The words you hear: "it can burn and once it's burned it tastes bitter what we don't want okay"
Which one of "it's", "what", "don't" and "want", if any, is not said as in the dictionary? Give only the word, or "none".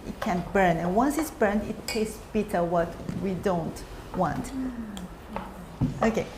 none